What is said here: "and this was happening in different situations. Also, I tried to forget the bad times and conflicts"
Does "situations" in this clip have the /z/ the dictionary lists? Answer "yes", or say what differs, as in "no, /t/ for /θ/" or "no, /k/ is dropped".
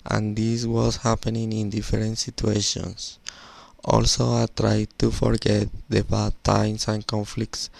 no, /s/ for /z/